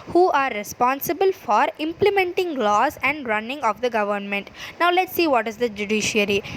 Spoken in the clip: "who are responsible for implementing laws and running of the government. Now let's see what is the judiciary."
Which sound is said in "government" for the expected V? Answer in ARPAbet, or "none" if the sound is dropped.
V